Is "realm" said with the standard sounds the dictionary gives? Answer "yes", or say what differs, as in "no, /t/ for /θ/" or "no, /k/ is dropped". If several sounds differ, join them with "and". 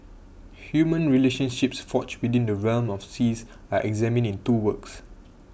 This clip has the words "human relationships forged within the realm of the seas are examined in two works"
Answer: yes